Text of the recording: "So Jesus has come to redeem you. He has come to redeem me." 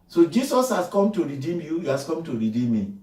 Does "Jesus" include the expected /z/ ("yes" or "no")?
no